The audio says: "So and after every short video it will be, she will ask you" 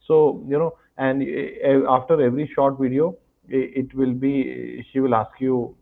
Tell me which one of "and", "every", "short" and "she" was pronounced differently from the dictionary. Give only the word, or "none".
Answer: none